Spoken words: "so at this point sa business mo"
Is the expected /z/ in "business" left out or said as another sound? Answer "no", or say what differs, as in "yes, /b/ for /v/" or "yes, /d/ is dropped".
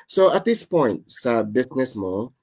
yes, /s/ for /z/